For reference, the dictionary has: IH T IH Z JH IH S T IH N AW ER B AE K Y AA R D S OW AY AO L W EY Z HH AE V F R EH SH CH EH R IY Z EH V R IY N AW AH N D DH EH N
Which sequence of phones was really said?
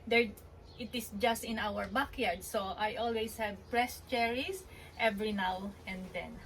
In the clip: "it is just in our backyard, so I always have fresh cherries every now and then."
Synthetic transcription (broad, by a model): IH T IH S JH IH S T IH N AW ER B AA K Y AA R D S OW AY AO L W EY S HH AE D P R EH S CH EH R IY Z EH V R IY N AW AH N D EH N